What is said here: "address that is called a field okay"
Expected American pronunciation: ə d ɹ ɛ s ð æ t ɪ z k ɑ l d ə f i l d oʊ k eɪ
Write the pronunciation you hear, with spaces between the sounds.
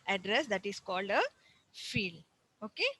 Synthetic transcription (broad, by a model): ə d ɹ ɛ s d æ t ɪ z k ɑ l d ə f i l oʊ k eɪ